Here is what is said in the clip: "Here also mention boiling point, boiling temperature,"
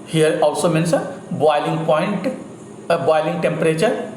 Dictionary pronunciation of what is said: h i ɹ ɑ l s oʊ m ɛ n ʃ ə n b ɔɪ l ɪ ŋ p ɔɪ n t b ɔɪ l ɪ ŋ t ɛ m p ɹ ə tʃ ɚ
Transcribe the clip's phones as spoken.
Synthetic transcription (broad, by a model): h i ɹ ɑ l s oʊ m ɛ n s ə b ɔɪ l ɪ ŋ p ɔɪ n t b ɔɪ l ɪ ŋ t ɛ m p ɹ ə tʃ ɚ